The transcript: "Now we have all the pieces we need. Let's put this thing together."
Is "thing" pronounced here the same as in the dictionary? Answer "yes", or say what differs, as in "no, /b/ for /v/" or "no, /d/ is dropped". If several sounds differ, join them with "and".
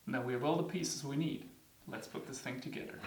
yes